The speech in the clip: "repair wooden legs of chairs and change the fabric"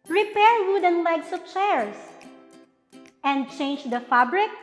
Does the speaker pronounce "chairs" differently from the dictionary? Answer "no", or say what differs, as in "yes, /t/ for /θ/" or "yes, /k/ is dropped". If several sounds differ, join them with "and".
yes, /s/ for /z/